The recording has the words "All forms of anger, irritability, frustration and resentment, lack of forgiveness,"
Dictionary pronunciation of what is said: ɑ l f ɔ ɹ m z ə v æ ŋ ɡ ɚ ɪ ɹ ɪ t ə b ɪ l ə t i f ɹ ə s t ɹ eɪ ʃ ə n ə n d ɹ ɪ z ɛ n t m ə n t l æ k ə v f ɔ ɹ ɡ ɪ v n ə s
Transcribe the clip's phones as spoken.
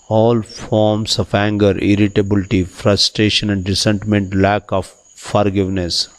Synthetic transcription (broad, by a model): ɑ l f ɔ ɹ m s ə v æ ŋ ɡ ɚ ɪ ɹ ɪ t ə b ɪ l t i f ɹ ə s t ɹ eɪ ʃ ə n ə n d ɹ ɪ s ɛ n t m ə n t l æ k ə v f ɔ ɹ ɡ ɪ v n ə s